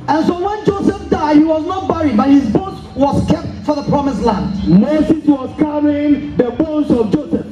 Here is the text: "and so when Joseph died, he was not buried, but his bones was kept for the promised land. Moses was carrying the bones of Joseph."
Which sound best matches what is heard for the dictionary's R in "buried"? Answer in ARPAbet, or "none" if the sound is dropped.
R